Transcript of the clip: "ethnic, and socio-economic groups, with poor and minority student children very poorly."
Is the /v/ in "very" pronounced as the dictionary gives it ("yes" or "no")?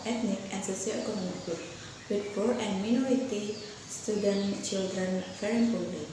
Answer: no